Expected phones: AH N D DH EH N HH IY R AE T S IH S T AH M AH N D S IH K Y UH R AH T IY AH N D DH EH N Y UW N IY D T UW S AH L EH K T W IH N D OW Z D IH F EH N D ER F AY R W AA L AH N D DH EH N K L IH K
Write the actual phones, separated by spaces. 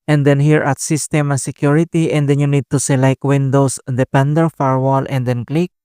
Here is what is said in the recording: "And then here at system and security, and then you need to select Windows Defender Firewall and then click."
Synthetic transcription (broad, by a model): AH N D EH N HH IY R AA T S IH S T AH M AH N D S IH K Y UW R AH T IY AH N D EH N Y UW N IY D T UW S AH L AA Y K W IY N D OW S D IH P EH N D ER F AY R W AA L AH N D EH N K L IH K